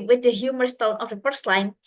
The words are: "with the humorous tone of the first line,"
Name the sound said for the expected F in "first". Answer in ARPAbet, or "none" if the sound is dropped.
P